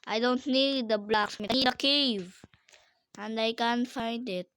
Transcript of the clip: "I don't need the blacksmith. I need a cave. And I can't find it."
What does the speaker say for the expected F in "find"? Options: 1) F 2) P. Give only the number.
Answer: 1